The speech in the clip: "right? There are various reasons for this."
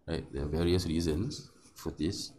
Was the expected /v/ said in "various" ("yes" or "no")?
yes